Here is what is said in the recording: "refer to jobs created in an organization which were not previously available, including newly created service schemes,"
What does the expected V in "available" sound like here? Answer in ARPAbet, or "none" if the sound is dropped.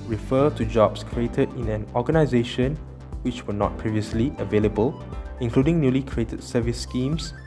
V